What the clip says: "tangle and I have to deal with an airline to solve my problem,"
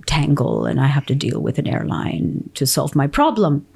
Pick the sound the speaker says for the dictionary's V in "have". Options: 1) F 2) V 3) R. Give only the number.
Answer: 1